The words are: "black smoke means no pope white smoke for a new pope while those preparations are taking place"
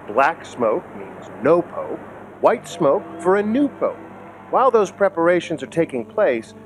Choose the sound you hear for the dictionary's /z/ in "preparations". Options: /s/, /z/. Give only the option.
/z/